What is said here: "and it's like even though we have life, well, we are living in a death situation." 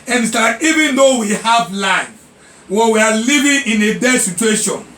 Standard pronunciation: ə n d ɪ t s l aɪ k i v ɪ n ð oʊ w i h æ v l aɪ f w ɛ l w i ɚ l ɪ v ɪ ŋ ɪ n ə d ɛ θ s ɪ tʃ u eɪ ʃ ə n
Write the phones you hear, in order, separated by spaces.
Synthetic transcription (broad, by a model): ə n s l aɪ i v ɪ n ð oʊ w i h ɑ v l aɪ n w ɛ w i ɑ l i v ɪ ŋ ɪ n ə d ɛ s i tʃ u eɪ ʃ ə n